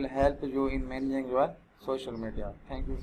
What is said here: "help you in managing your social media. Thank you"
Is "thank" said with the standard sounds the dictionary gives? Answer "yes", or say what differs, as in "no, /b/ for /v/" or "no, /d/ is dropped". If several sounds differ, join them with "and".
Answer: no, /t/ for /θ/